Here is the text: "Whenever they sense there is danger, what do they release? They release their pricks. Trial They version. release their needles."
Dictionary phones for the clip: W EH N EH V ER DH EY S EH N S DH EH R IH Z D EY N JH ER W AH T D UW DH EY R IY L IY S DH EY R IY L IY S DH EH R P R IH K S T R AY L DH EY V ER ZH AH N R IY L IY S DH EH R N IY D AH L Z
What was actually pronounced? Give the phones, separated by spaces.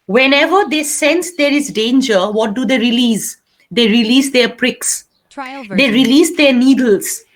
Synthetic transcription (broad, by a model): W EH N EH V ER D EY S EH N S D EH R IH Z D EY N JH ER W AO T D UW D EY R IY L IY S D EY R IY L IY S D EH R P R IH K S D EY R IY L IY S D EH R N IY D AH L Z